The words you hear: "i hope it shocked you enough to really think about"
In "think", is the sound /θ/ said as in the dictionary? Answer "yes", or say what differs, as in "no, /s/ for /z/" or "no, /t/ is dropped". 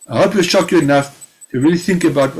yes